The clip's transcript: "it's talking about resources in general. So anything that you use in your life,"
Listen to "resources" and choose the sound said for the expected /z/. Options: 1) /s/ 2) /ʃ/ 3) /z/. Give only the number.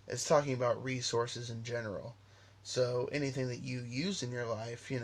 3